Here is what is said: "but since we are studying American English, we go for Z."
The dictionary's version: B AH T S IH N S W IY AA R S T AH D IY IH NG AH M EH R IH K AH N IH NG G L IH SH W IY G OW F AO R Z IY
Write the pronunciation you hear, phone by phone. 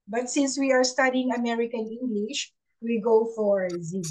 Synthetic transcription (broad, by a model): B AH T S IH N S W IY AA R S T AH D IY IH NG AH M EH R IH K AH N IH NG G L IH SH W IY G OW F AO R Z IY